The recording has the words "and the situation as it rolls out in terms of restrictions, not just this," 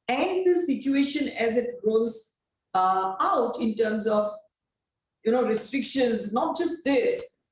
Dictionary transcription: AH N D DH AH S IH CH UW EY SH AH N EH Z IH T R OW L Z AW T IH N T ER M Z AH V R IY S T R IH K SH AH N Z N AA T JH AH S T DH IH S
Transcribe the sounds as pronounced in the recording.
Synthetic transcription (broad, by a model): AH N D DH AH S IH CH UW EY SH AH N EH Z IH T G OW Z AW T IH N T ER M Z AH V R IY S T R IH K SH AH N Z N AA T JH AH S T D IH S